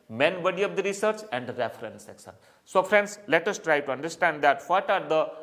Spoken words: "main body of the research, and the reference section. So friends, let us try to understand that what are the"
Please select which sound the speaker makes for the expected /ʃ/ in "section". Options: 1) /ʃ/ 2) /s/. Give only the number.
2